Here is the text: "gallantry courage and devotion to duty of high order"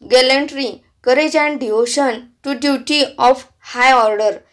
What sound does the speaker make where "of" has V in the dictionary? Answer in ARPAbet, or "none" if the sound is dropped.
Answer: F